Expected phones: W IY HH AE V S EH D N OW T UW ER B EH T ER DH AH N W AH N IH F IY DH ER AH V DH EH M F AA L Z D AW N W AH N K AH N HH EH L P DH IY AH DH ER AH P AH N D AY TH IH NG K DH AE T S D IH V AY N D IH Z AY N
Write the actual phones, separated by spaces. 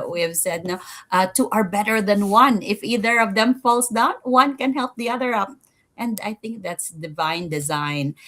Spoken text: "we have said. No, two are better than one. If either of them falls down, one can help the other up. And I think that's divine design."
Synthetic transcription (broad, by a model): W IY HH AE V S EH D N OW T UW ER B EH T ER DH AH N W AH N IH F IY DH ER AH V DH EH M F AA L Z D AW N W AH N K AH N HH EH L P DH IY AH DH ER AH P AH N D AY TH IH NG K DH AE T S D IH V AY N D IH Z AY N